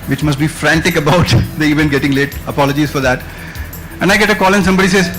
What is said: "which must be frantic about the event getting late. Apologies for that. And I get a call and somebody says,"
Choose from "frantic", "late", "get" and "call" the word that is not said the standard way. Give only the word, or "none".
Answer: none